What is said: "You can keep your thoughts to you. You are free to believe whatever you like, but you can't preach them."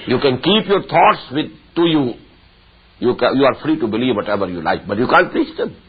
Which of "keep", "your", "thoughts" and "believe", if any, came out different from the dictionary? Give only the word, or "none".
thoughts